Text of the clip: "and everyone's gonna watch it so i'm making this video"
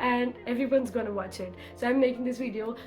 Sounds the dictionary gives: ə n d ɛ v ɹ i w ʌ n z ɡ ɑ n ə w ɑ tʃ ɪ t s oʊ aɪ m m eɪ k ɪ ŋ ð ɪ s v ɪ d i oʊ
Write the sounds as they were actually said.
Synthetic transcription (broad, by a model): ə n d ɛ v ɹ i w ʌ n z ɡ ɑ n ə w ɑ tʃ ɪ t s oʊ aɪ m m eɪ k ɪ ŋ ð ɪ s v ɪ d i oʊ